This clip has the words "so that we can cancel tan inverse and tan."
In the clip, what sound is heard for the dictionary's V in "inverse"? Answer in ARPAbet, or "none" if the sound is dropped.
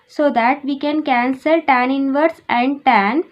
V